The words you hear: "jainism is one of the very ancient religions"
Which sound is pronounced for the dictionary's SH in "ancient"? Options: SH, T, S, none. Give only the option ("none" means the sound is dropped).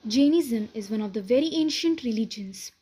SH